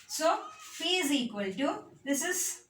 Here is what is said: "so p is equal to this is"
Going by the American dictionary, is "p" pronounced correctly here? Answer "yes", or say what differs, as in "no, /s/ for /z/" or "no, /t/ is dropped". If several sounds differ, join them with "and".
no, /f/ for /p/